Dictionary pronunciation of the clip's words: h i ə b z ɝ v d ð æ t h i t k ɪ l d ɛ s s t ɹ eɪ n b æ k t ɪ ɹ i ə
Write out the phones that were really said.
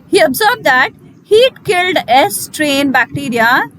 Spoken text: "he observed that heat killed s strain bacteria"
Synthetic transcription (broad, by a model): h i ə b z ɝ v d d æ t h i t k ɪ l d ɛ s s t ɹ eɪ n b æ k t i ɹ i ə